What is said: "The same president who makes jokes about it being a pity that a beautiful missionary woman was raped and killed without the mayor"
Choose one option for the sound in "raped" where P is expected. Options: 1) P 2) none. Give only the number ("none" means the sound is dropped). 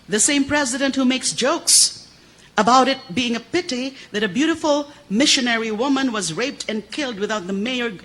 1